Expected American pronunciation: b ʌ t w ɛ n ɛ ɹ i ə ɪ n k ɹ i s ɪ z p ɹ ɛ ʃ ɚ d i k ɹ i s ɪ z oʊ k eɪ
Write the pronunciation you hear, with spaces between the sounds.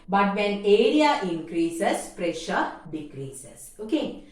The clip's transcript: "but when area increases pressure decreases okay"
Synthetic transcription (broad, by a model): b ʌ t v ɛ n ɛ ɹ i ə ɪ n k ɹ i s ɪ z p ɹ ɛ ʃ ɚ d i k ɹ i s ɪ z oʊ k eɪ